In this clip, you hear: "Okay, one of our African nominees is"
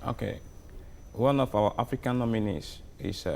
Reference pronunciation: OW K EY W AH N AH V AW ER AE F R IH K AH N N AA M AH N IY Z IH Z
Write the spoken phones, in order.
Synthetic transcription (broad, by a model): OW K EY W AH N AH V AW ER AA F R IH K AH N N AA M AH N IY S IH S